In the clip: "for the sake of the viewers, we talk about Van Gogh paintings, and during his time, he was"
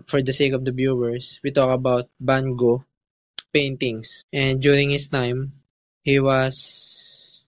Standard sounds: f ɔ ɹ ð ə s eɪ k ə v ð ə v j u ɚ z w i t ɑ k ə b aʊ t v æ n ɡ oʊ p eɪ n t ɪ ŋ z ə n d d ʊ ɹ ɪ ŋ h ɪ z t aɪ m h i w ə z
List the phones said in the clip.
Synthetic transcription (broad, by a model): f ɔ ɹ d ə s eɪ k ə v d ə b j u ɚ s w i t ɑ k ə b aʊ t b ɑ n ɡ oʊ p eɪ n t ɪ ŋ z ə n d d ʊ ɹ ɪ ŋ h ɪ s t aɪ m h i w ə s